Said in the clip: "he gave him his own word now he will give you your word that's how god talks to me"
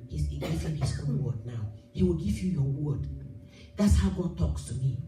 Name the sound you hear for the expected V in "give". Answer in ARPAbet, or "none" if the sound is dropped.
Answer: V